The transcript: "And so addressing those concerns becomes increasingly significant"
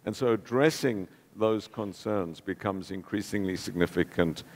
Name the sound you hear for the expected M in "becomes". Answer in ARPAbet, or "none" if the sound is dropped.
M